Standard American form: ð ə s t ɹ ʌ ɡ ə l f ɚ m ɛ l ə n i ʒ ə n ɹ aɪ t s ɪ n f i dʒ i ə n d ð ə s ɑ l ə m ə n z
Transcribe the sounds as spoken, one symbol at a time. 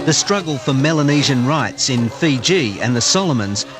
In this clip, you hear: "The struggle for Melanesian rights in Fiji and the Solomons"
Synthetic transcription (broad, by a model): ð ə s t ɹ ʌ ɡ ə l f ɚ m ɛ l ə n i ʒ ə n ɹ aɪ t s ɪ n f i dʒ i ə n ð ə s ɑ l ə m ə n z